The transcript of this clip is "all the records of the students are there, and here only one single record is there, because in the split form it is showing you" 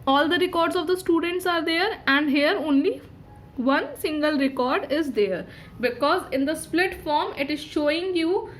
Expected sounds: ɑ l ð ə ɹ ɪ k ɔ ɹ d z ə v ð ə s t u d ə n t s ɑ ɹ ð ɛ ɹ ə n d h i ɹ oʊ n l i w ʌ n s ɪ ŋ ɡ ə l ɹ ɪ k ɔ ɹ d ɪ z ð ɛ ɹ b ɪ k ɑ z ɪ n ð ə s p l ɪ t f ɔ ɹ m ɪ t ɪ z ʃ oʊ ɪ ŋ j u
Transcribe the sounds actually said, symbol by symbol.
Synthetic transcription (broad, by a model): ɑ l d ə ɹ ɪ k ɔ ɹ d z ə v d ə s t u d ə n t s ɑ ɹ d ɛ ɹ ə n d h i ɹ oʊ n l i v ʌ n s ɪ ŋ ɡ ə l ɹ ɪ k ɔ ɹ d ɪ z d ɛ ɹ b ɪ k ɑ z ɪ n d ə s p l ɪ t f ɔ ɹ m ɪ t ɪ z ʃ oʊ ɪ ŋ j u